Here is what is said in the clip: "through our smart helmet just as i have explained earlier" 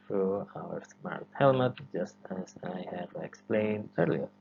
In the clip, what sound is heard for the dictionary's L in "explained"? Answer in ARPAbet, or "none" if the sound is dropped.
L